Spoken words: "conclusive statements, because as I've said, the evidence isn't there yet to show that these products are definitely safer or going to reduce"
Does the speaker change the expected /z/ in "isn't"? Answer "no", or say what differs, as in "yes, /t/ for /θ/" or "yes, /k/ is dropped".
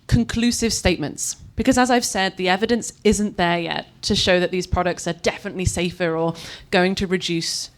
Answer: no